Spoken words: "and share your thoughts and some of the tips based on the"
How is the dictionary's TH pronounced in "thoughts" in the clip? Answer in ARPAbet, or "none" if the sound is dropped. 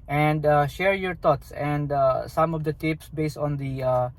T